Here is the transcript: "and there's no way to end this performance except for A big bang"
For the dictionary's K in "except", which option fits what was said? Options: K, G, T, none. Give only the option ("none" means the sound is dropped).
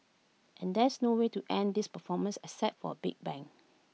none